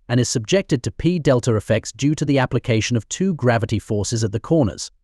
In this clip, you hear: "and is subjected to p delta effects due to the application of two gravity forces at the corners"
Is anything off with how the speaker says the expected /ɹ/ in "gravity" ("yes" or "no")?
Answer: no